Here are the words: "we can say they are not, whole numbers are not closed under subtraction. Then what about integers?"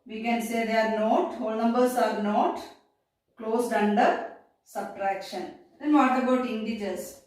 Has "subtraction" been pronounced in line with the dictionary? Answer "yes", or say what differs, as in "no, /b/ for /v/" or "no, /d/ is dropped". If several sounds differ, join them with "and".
yes